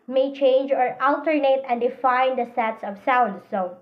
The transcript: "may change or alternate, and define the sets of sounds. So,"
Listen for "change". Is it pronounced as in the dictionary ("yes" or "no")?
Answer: yes